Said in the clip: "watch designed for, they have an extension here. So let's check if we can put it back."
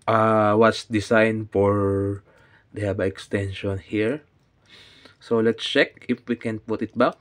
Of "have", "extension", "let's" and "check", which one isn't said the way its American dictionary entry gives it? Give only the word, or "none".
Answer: have